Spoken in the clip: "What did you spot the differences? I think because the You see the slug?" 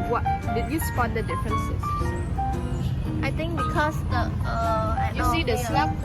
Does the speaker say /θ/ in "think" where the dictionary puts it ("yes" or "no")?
no